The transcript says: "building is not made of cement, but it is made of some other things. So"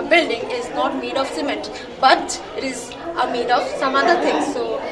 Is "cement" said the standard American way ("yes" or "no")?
no